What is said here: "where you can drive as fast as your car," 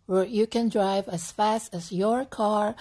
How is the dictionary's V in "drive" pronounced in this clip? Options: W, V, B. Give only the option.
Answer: V